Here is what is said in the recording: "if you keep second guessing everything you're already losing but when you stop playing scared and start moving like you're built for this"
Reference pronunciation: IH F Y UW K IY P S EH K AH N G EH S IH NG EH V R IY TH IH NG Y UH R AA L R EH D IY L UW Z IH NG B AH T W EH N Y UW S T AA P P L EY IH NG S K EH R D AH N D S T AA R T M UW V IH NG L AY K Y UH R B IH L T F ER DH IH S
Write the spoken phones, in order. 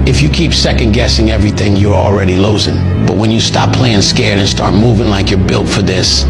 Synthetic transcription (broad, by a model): IH F Y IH K IY P S EH K AH N G EH S IH NG EH V R IY TH IH NG Y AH R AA L R EH D IY L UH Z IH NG B AH T W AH N Y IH S T AA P P L EY IH NG S K EH R D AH N S T AA R T M UW V IH NG L AY K Y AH R B IH L T F ER DH IH S